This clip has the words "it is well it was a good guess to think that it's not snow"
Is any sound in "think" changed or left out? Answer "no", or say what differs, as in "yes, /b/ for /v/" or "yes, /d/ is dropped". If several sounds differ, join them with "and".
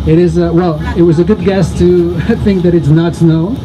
no